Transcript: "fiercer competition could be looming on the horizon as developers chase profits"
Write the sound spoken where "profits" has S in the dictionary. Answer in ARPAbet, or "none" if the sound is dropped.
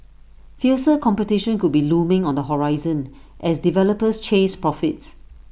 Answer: S